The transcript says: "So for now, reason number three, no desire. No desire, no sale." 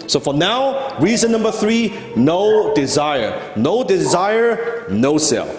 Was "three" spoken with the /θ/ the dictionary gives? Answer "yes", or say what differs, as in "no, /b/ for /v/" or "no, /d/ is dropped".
yes